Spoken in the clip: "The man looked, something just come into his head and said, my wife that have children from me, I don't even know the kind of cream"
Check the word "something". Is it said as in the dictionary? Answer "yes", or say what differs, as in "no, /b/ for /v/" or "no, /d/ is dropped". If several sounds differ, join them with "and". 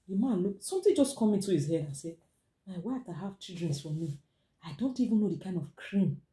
no, /t/ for /θ/